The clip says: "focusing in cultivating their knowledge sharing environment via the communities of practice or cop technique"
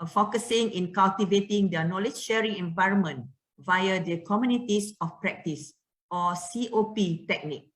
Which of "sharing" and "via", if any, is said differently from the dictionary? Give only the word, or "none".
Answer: none